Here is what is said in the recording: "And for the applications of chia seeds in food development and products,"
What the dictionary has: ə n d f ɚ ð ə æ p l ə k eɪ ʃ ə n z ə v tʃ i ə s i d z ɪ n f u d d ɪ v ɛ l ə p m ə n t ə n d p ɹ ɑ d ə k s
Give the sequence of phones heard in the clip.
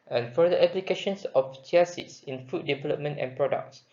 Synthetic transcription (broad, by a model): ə n f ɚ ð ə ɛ p l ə k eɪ ʃ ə n s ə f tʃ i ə s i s ɪ n f u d d ɪ v ɛ l ə p m ə n t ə n p ɹ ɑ d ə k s